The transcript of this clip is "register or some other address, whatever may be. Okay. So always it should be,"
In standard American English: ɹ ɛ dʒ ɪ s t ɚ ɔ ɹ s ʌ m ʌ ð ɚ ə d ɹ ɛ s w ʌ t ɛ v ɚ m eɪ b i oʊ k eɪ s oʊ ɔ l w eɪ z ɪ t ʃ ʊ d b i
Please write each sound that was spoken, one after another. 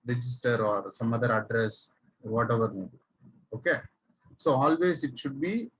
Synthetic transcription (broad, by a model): ɹ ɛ dʒ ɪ s t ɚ ɔ ɹ s ʌ m ʌ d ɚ ə d ɹ ɛ s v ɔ t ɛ v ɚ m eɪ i oʊ k eɪ s oʊ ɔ l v eɪ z ɪ t ʃ ʊ d b i